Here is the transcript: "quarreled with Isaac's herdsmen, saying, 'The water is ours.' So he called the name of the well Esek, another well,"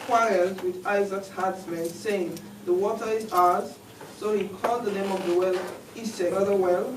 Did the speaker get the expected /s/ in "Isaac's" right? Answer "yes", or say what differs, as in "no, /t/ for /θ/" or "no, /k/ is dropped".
yes